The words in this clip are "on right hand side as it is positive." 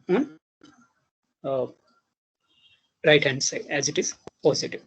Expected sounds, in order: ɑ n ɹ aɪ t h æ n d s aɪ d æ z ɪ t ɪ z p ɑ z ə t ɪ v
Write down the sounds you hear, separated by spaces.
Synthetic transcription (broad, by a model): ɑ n ɹ aɪ t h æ n d s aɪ æ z ɪ t ɪ z p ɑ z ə t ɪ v